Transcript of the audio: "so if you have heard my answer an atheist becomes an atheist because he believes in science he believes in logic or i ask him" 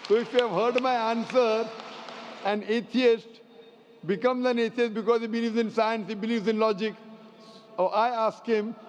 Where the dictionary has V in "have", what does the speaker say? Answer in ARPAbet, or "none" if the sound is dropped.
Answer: V